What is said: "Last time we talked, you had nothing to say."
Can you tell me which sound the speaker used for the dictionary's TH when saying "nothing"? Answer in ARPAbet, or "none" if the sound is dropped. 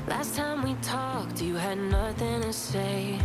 TH